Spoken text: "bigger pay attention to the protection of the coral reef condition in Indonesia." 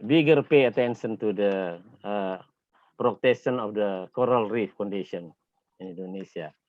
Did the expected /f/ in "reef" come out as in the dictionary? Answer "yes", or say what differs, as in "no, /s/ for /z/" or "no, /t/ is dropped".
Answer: yes